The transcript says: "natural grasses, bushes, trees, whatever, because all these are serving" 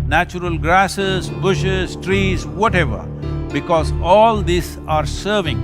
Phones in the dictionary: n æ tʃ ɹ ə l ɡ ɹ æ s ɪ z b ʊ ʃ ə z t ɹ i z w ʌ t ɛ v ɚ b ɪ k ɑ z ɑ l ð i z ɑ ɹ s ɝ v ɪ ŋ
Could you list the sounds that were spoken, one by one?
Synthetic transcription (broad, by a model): n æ tʃ ɹ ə l ɡ ɹ æ s ɪ z b ʊ ʃ ə z t ɹ i z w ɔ t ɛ v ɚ b ɪ k ɑ z ɑ l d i s ɑ ɹ s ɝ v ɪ ŋ